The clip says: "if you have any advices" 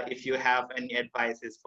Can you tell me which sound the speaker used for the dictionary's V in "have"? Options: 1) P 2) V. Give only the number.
2